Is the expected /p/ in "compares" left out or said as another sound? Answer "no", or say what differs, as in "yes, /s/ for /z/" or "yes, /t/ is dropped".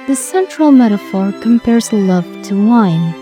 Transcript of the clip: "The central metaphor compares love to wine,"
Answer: no